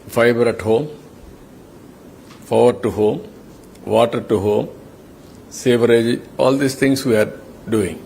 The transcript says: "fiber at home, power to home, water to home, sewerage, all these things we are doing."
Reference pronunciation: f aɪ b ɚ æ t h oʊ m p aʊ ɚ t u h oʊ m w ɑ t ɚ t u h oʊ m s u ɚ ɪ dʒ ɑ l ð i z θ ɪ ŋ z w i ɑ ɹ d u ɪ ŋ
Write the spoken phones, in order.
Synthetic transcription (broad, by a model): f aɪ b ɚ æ t h oʊ m f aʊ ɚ t u h oʊ m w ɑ t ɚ t u h oʊ m s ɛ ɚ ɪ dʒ ɑ l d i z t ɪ ŋ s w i ɑ ɹ d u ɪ ŋ